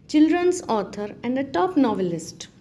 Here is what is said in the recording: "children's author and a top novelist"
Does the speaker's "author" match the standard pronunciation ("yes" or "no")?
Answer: no